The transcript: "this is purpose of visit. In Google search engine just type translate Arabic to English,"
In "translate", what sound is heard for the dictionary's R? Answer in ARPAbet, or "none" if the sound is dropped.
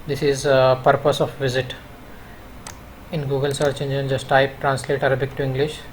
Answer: R